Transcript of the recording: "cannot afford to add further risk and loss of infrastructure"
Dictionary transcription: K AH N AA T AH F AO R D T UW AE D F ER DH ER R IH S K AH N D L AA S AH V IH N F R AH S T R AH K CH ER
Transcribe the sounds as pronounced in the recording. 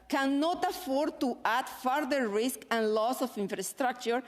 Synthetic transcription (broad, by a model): K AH N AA T AH F AO R D T UW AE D F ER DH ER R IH S K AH N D L AA S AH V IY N F R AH S T R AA K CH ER